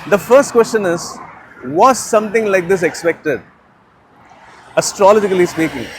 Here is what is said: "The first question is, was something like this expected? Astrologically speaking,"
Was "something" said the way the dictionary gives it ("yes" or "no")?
no